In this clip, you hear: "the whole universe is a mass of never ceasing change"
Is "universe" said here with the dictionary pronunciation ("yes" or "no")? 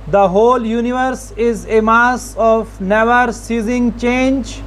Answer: yes